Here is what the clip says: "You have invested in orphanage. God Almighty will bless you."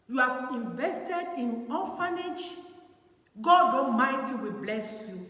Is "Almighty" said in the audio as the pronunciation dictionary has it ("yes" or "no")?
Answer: no